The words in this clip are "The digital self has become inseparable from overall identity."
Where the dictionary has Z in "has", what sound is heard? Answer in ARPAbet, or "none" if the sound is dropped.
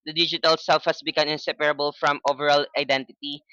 S